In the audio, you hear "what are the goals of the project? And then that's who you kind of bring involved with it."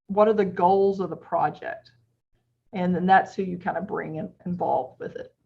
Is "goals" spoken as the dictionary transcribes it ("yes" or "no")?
yes